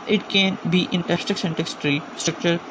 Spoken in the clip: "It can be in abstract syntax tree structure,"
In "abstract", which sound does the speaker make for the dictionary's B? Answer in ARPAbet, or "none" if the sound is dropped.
none